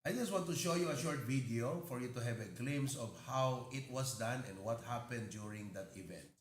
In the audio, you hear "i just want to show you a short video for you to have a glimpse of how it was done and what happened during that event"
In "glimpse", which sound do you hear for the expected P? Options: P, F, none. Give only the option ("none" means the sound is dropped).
none